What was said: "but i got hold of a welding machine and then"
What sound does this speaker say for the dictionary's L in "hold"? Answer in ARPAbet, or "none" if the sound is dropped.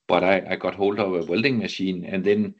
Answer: L